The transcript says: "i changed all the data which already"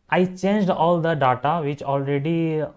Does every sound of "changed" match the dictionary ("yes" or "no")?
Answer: yes